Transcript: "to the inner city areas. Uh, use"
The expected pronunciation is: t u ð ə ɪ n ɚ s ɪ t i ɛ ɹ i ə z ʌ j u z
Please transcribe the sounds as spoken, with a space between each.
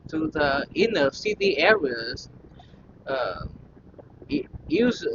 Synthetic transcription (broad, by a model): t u ð ə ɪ n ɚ s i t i ɛ ɹ i ə z ʌ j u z